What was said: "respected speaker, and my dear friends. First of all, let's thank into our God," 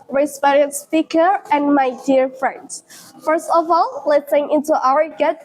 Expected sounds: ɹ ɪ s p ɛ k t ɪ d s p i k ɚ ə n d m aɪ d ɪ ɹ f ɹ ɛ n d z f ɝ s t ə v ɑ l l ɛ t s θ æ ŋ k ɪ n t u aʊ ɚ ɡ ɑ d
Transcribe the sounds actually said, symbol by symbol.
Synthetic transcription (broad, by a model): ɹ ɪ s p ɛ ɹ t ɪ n s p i k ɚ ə n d m aɪ d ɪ ɹ f ɹ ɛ n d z f ɝ s t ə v ɑ l l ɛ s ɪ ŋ ɪ n t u aʊ ɚ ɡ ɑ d